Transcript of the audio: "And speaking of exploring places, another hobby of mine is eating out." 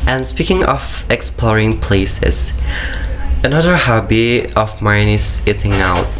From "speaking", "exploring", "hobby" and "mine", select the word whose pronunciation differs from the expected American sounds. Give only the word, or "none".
none